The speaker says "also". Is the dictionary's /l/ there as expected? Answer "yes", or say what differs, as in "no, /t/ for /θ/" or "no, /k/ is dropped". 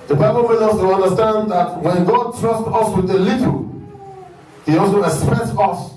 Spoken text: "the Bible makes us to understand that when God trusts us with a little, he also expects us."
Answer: no, /l/ is dropped